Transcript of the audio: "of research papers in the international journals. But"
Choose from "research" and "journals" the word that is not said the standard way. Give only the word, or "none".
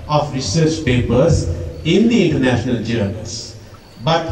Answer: journals